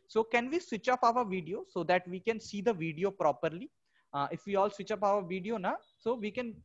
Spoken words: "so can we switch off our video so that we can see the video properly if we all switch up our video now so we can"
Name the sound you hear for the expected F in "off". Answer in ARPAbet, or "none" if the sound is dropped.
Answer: P